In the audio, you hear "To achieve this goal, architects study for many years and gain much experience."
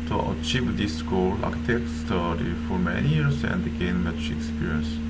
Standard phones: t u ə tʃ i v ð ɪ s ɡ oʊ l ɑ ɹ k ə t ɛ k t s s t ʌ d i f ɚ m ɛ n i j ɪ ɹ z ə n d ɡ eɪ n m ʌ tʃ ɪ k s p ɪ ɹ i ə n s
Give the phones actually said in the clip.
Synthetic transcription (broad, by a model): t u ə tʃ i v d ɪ s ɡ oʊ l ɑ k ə t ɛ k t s s t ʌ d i f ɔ m ɛ n i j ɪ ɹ s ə n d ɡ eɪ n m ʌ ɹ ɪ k s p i ɹ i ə n s